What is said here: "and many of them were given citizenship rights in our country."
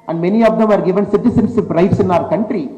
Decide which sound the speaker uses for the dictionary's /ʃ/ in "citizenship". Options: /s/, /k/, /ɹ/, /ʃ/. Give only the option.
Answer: /s/